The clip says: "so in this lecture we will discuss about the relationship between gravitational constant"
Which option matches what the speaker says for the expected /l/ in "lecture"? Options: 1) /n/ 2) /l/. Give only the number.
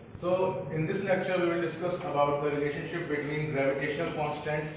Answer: 1